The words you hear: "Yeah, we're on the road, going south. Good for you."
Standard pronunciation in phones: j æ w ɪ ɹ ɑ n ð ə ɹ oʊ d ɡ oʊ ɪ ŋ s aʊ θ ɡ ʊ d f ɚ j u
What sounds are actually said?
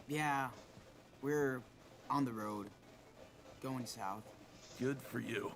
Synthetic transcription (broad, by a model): j æ w ɪ ɹ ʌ n ð ə ɹ oʊ d ɡ oʊ ɪ ŋ s aʊ θ ɡ ʊ d f ɚ j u